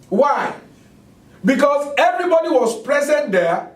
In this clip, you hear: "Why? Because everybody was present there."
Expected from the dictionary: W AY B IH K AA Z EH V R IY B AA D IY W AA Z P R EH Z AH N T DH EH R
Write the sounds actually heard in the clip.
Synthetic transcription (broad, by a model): W AY B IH K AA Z EH V R IY B AA D IY W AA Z P R EH Z AH N T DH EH